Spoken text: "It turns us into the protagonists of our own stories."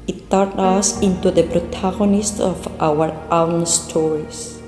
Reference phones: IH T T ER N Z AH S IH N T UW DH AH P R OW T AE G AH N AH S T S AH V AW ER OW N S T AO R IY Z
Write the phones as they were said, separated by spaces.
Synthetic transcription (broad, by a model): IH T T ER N AH S IH N T UW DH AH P R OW T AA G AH N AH S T AH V AW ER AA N S T AO R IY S